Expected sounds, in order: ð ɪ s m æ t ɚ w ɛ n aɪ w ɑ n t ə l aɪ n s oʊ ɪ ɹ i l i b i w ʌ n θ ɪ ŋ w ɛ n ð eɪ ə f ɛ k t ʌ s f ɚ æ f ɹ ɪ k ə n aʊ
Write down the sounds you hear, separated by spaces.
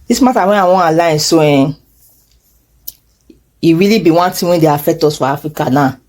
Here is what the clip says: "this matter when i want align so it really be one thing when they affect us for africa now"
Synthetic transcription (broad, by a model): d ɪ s m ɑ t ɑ w ɛ n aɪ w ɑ ə l aɪ n s oʊ ɪ ɹ i l i b i w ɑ n t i w ɛ n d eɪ ə f ɛ k t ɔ s f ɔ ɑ f ɹ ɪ k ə n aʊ